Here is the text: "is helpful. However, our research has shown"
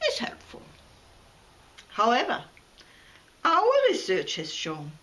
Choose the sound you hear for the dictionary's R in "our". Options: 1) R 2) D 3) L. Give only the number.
3